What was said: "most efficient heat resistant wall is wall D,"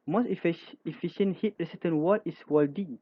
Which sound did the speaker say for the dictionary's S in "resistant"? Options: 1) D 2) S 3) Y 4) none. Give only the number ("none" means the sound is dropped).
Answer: 4